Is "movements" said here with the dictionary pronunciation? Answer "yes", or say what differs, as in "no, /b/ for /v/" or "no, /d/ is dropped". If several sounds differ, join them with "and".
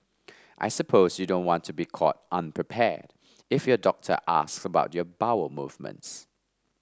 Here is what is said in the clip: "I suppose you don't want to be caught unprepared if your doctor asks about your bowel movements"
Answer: yes